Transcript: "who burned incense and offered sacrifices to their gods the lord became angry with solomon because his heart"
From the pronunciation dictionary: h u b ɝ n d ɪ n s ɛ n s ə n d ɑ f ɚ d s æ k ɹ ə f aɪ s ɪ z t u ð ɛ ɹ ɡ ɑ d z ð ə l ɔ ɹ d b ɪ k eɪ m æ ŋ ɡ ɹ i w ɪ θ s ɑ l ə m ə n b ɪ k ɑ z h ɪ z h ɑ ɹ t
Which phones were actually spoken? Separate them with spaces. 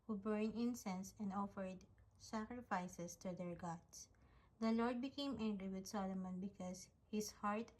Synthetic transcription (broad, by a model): h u b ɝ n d ɪ n s ɛ n s ə n d ɑ f ɚ d s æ k ɹ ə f aɪ s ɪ s t u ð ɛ ɹ ɡ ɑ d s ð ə l ɔ ɹ d b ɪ k eɪ m æ ŋ ɡ ɹ i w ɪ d s ɑ l ə m ə n b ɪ k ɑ s h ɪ s h ɑ ɹ t